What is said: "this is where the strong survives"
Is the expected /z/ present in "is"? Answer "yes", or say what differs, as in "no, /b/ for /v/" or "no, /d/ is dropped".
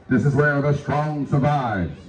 yes